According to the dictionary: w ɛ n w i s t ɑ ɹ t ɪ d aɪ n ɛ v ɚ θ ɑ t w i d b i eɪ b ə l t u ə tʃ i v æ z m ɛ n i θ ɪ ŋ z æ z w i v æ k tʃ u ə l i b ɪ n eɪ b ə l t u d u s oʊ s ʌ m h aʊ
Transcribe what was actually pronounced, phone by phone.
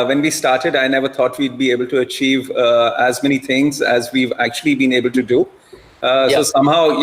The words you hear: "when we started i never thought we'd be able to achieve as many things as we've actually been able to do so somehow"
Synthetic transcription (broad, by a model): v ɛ n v i s t ɑ ɹ t ɪ d aɪ n ɛ v ɚ t ɑ t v i d b i eɪ b ə l t u ə tʃ i v æ z m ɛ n i t ɪ ŋ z æ z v i v æ k tʃ u ə l i b ɪ n eɪ b ə l t u d u s oʊ s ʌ m h aʊ